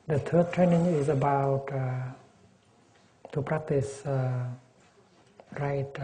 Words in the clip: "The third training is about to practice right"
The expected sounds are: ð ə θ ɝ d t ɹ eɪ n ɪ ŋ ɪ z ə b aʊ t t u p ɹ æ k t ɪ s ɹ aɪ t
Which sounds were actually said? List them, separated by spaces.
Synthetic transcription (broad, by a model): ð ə t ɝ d t ɹ eɪ n ɪ ŋ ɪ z ə b aʊ t t u p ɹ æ k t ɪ s ɹ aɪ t